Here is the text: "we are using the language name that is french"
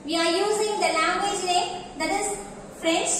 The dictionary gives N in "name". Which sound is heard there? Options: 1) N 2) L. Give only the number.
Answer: 2